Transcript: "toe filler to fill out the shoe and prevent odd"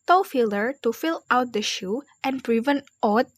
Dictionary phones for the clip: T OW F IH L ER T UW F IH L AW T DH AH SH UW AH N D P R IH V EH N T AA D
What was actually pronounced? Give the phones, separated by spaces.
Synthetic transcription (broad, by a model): T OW F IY L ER T UW F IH L AW T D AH SH UW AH N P R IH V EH N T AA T